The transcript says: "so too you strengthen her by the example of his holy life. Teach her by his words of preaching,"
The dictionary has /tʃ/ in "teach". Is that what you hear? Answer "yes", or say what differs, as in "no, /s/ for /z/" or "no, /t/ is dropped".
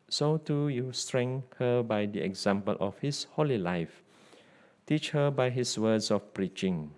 yes